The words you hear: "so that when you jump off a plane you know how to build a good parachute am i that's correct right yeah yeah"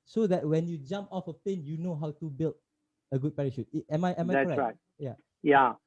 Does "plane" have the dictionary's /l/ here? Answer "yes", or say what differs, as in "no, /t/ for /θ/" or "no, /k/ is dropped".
no, /l/ is dropped